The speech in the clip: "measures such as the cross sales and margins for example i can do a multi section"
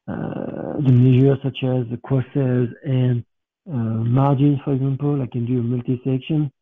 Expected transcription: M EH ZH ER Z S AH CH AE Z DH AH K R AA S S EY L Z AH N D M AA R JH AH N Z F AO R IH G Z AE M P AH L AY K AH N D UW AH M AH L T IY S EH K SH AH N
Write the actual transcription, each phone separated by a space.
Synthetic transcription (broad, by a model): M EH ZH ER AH S AH CH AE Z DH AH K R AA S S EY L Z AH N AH M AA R JH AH N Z F AO R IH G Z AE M P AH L AY K AH N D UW AH M AH L T IY S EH K SH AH N